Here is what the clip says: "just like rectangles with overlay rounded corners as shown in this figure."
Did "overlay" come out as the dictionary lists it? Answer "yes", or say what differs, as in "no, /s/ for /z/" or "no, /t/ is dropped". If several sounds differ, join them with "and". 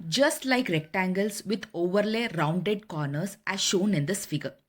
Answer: yes